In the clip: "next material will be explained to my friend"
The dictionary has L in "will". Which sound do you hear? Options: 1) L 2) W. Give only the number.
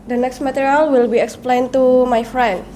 1